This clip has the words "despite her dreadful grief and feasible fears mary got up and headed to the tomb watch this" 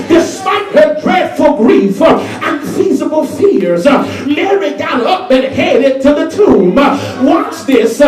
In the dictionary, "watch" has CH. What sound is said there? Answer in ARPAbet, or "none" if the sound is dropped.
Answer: S